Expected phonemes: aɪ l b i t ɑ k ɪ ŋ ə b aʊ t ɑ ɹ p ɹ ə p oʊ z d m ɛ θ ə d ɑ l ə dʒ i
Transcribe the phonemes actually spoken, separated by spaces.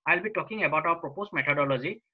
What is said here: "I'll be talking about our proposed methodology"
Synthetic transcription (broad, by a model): aɪ l b i t ɑ k ɪ ŋ ə b aʊ t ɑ w p ɹ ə p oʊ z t m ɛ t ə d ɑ l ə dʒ i